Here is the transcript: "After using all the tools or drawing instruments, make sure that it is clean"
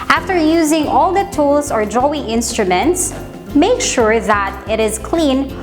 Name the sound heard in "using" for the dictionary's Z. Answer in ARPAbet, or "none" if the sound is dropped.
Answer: Z